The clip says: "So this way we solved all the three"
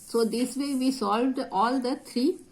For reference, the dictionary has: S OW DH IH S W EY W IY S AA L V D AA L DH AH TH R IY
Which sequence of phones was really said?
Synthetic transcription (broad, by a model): S OW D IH S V EY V IY S AA L V D AA L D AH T R IY